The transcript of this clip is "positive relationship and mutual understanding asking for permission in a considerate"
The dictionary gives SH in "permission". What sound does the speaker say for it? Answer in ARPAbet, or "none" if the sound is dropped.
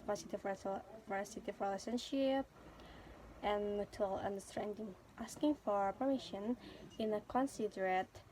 SH